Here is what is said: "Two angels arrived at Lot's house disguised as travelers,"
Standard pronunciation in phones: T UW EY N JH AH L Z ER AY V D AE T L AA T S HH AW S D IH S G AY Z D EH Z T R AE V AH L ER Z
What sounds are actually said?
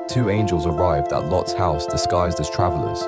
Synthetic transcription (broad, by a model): T UW EY N JH AH L Z ER AY V D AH T L AA T S HH AW S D IH S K AY Z D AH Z T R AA V AH L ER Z